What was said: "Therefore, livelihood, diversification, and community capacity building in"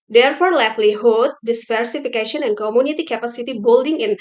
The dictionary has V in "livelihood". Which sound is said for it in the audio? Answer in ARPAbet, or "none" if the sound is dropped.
F